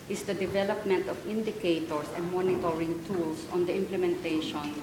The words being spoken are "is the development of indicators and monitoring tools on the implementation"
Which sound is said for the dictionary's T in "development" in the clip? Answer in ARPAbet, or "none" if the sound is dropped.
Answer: T